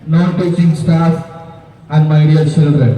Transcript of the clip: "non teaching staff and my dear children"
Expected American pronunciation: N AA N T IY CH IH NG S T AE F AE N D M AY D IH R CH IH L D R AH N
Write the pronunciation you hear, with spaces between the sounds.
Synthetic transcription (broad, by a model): N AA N T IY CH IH NG S T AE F AE N D M AY D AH L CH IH L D R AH N